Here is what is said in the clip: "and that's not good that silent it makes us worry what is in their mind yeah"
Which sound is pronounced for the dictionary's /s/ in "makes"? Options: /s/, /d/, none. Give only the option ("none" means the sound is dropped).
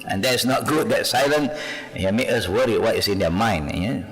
none